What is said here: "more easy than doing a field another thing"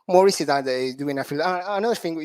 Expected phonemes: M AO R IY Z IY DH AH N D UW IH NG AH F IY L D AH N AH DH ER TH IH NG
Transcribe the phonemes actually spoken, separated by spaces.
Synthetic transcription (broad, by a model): M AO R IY S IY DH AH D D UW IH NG AH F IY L AH N AH DH ER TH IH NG